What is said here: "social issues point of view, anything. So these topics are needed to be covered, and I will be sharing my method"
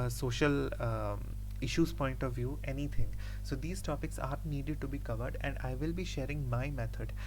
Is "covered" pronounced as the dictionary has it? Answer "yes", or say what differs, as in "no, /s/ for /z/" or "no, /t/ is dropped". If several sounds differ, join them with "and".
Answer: yes